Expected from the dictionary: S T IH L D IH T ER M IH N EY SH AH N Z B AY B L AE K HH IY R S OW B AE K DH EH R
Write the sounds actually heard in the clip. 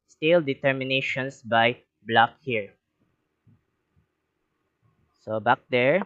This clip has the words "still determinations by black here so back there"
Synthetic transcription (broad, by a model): S T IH L D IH T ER M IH N EY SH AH N S B AY B L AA K HH IY R S OW B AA K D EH R